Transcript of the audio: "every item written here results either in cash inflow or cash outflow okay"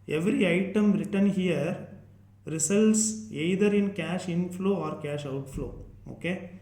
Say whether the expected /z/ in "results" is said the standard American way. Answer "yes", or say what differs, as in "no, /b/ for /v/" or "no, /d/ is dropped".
no, /s/ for /z/